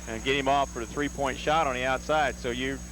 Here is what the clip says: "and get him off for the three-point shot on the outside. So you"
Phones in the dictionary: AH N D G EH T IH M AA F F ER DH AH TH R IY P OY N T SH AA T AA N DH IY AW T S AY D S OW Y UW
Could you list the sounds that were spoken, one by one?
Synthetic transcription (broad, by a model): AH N G EH T IH M AA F F ER DH AH TH R IY P OY N T SH AA T N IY AW T S AY D S OW Y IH